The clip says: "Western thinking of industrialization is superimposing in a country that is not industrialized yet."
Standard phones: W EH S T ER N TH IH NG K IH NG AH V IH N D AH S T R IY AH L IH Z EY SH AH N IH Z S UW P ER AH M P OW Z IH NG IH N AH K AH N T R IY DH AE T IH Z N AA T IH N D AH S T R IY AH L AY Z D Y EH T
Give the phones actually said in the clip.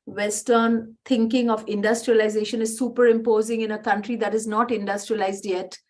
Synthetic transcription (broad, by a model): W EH S T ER N T IH NG K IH NG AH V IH N D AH S T R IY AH L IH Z EY SH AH N IH Z S UW P ER AH M P OW Z IH NG IH N AH K AH N T R IY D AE T IH Z N AA T IH N D AH S T R IY AH L AY Z D Y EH T